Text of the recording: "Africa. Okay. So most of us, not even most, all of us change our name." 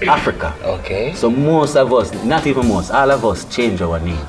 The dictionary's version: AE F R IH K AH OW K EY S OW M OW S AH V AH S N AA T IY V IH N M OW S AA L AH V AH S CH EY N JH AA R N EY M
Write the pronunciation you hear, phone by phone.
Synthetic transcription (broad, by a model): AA F R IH K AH OW K EY S OW M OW S AH V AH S N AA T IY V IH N M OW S AA L AH V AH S CH EY N JH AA W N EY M